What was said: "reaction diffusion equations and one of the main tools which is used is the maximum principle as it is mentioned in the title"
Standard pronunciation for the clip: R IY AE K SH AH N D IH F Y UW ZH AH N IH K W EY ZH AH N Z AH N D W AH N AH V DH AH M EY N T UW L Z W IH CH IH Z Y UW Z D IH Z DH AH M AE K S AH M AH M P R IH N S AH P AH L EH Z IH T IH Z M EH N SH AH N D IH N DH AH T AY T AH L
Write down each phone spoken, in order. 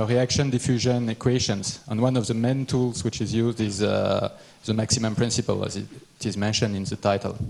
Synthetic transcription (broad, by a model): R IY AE K SH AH N D IH F Y UW ZH AH N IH K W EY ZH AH N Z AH N W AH N AH V DH AH M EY N T UW L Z W IH CH IH Z Y UW Z D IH Z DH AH M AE K S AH M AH M P R IH N S AH P AH L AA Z IH T IH Z M EH N SH AH N D IH N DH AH T AY T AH L